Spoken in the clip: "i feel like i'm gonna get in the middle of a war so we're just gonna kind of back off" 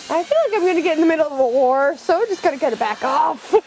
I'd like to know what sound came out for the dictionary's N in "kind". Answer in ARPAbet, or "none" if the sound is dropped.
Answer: none